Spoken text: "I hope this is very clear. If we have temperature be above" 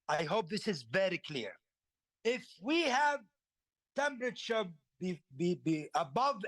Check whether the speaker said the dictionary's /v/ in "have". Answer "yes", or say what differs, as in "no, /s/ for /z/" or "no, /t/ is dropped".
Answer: yes